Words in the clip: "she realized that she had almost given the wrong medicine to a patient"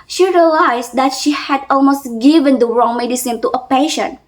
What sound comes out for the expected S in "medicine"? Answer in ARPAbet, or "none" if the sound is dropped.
S